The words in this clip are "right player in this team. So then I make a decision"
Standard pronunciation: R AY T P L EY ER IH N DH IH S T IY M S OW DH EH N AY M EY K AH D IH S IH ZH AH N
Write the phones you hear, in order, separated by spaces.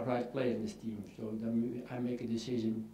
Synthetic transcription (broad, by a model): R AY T P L EY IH IH N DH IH S T IY M S OW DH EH AY M EY K AH D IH S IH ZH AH N